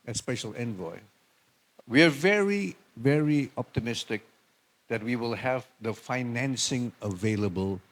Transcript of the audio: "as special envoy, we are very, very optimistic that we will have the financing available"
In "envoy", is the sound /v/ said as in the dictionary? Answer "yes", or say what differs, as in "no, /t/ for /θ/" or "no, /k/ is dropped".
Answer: yes